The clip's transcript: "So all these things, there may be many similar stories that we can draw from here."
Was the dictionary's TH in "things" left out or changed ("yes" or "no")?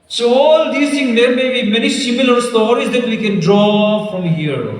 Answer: yes